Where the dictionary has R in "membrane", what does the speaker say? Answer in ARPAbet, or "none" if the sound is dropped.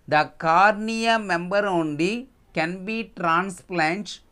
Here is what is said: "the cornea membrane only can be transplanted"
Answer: none